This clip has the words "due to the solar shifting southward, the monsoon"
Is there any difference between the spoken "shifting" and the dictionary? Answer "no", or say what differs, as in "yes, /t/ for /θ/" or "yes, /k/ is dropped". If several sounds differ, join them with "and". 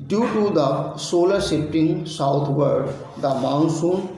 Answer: yes, /p/ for /f/